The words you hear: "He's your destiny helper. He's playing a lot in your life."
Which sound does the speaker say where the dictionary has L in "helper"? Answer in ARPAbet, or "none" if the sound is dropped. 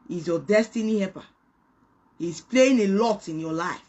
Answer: none